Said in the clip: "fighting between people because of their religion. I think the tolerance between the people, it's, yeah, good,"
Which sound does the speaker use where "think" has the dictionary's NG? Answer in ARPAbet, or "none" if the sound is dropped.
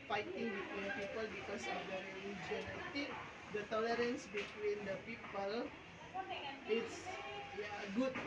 none